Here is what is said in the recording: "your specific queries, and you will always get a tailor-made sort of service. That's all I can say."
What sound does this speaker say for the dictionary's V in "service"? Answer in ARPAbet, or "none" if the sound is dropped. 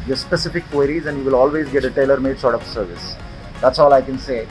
V